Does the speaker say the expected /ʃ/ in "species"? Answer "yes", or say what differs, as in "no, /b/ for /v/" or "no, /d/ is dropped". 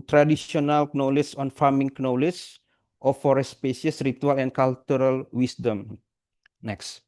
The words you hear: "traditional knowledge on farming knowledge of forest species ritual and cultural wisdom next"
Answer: no, /ʃ/ is dropped